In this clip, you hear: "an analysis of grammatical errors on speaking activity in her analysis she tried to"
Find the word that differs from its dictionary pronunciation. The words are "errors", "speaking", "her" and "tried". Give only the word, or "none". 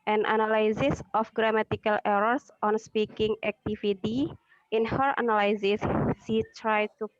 errors